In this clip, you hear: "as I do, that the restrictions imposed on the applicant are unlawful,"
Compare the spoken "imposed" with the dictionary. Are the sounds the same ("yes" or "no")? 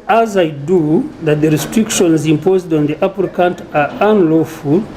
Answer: yes